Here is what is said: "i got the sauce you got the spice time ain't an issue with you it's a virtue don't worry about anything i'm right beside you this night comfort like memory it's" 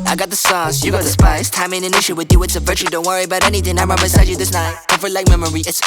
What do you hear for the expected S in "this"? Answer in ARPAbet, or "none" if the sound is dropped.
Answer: S